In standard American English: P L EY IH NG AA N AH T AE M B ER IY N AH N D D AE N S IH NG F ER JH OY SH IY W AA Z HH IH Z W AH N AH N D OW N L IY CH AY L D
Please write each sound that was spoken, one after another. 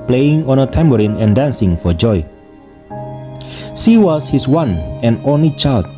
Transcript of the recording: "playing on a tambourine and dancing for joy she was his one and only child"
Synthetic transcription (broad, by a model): P L EY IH NG AA N AH T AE M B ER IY N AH N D D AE N S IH NG F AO JH OY S IY W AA S HH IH S W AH N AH N OW N L IY CH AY L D